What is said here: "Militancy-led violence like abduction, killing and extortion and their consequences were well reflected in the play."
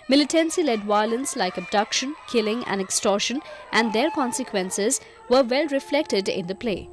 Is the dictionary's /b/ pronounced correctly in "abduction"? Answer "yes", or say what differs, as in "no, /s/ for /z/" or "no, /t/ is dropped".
yes